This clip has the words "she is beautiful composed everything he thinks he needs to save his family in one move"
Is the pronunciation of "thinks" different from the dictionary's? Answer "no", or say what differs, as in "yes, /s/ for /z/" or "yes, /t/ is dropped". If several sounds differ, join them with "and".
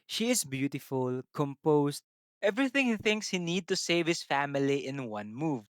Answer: no